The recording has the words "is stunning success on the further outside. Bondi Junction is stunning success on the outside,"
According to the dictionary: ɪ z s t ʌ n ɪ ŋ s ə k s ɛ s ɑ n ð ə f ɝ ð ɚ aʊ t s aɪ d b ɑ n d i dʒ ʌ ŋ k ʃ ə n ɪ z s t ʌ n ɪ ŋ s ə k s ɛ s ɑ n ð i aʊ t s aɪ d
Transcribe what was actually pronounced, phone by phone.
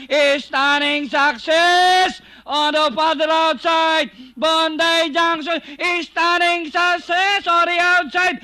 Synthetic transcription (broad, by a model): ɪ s t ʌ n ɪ ŋ s ə k s ɛ s ɑ n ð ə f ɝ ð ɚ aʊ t s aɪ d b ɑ n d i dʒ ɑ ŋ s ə ɪ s t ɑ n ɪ ŋ s ə k s ɛ s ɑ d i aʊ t s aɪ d